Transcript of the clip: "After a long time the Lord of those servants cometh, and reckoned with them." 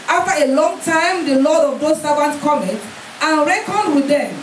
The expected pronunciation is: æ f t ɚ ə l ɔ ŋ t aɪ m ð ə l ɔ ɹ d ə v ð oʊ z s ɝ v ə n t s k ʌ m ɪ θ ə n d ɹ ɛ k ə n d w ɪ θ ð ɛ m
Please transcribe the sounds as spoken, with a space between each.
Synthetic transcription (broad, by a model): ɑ f t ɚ ə l ɔ ŋ t aɪ m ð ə l ɔ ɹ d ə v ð oʊ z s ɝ v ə n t k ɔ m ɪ t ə n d ɹ ɛ k ə n d w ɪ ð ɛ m